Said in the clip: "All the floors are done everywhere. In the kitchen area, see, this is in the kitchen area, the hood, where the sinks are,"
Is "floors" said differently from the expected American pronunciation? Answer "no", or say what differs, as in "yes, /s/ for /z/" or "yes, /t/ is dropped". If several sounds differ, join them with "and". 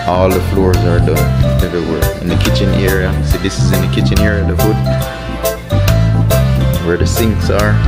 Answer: no